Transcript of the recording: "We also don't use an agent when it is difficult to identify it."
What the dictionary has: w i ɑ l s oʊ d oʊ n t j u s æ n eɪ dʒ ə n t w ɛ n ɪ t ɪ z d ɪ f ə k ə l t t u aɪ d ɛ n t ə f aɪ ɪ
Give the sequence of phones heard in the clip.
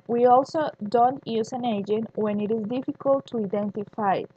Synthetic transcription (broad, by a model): w i ɑ l s oʊ d oʊ n t j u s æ n eɪ dʒ ə n t w ɛ n ɪ t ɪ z d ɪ f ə k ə l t t u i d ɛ n t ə f aɪ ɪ